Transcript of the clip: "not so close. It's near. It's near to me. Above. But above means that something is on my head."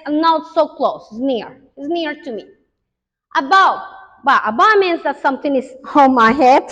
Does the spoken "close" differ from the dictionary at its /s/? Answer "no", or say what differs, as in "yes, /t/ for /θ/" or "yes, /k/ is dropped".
yes, /s/ is dropped